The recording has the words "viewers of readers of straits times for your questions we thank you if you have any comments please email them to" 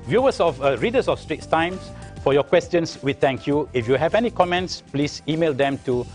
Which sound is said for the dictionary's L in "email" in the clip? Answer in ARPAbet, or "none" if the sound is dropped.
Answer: L